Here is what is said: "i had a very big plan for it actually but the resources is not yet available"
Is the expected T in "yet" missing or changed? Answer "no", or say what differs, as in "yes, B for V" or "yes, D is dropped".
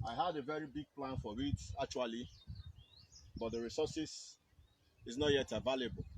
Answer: no